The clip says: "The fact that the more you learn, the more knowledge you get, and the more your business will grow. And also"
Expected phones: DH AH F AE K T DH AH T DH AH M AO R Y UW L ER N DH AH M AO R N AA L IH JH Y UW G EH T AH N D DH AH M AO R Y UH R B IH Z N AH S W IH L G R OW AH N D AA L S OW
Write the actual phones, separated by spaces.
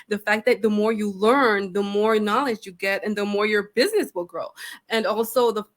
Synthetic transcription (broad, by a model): DH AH F AE K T DH AH T DH AH M AO R Y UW L ER N DH AH M AO R N AA L IH JH Y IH G EH T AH N DH AH M AO R Y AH R B IH Z N AH S W IH L G R OW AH N AA L S OW